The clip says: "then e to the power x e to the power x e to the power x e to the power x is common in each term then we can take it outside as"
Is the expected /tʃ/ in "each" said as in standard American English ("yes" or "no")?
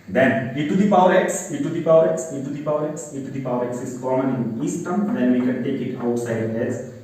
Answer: no